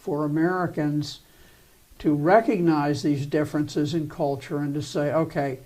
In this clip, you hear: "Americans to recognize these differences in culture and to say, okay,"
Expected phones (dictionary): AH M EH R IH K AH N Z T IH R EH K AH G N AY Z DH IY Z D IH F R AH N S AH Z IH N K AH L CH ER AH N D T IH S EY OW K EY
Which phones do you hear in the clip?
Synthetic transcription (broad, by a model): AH M EH R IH K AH N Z T IH R EH K AH G N AY Z DH IY Z D IH F R AH N S AH Z IH N K AH L CH ER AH N T IH S EY OW K EY